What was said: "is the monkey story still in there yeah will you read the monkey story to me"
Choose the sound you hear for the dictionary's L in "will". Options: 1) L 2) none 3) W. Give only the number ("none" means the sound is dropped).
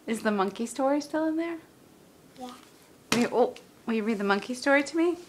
3